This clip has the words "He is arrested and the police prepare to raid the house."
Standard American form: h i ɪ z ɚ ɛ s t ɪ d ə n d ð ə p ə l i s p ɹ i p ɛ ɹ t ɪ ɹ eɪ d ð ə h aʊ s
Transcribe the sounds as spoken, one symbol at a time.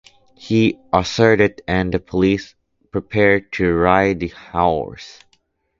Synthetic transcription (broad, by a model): h i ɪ s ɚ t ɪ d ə n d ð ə p ə l i s p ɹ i p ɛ ɹ t ɪ ɹ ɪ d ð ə h aʊ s